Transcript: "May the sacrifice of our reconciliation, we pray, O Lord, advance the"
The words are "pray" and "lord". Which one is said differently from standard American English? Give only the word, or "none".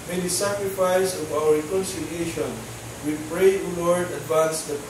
none